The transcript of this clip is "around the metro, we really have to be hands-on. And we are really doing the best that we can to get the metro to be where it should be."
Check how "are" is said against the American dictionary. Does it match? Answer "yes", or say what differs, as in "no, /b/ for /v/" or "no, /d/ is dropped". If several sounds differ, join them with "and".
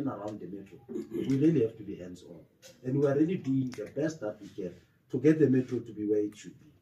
no, /l/ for /ɹ/